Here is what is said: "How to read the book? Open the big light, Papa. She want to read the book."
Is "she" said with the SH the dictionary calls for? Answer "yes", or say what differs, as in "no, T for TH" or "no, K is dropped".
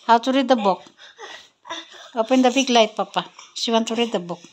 no, S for SH